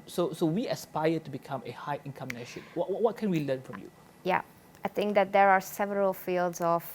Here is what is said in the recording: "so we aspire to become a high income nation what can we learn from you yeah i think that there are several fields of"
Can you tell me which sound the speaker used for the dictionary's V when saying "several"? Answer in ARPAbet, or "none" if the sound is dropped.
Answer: V